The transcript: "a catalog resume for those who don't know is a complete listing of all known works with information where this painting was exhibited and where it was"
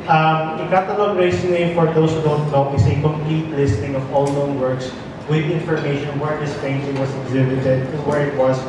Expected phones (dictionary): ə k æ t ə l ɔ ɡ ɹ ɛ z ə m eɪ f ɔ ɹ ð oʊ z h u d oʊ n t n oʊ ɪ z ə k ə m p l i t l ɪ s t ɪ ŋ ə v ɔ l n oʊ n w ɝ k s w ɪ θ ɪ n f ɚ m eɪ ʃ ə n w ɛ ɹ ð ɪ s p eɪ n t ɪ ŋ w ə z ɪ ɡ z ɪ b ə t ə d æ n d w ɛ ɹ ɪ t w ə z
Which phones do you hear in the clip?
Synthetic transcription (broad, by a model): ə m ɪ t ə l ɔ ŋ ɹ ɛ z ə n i f ɔ ɹ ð oʊ s h u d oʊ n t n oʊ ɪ s ə k ə m p l i t l ɪ s t ɪ ŋ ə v ɔ l n oʊ n w ɝ k s w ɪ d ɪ n f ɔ m eɪ ʃ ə n w ɛ ɹ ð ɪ s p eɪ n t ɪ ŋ w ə s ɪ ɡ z ɪ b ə t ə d d w ɛ ɹ ɪ t w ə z